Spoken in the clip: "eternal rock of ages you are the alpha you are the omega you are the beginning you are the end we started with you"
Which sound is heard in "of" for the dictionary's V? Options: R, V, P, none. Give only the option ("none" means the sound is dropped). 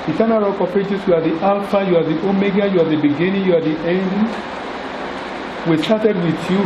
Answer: P